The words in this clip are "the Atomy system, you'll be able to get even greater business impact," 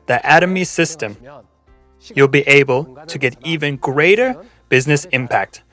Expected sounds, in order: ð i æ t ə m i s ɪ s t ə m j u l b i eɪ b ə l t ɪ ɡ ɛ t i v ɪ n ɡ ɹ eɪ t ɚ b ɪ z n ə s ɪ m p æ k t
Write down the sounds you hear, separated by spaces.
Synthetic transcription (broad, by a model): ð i æ t ə m i s ɪ s t ə m j u l b i eɪ b ə l t ɪ ɡ ɛ t i v ɪ n ɡ ɹ eɪ t ɚ b ɪ z n ə s ɪ m p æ k t